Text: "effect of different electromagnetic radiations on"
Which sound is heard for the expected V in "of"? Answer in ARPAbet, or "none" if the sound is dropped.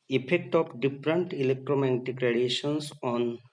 P